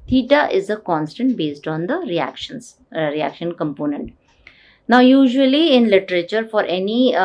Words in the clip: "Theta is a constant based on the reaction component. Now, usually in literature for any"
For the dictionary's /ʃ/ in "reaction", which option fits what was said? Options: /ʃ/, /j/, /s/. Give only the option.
/ʃ/